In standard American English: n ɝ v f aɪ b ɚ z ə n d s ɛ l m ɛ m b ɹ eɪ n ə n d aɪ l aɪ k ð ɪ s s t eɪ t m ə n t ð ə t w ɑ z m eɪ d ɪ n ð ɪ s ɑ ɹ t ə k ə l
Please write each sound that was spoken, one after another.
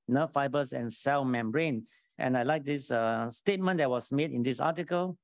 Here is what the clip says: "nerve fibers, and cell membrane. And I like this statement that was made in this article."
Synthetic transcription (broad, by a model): n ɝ f aɪ b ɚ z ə n s ɛ l m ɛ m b ɹ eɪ n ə n aɪ l aɪ k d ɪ s s t eɪ t m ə n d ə t w ɑ s m eɪ d ɪ n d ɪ s ɑ t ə k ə l